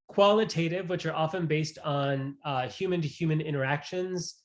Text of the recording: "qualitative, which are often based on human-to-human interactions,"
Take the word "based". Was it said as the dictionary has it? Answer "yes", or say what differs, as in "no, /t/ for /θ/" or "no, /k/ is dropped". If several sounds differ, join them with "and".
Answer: yes